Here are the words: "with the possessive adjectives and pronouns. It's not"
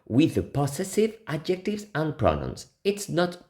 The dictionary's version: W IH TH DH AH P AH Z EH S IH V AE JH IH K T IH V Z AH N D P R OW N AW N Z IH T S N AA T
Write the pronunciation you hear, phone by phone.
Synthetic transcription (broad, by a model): W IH DH AH P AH S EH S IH V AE JH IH K T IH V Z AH N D P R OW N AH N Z IH T S N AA T